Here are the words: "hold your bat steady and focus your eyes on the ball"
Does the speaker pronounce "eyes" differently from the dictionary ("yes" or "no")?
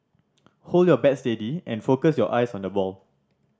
yes